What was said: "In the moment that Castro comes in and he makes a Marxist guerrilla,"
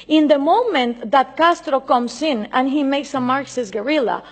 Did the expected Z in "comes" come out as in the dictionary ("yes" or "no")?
no